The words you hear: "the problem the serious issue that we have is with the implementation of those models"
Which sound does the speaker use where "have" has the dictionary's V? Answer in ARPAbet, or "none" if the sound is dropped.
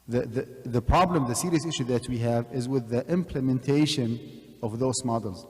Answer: V